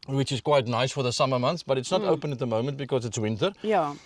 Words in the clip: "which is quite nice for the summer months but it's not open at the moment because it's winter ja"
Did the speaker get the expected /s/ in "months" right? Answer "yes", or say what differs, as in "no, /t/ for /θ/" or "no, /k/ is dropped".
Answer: no, /s/ is dropped